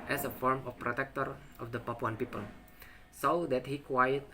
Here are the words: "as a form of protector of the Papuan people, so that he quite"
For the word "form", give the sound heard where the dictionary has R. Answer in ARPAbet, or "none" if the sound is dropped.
R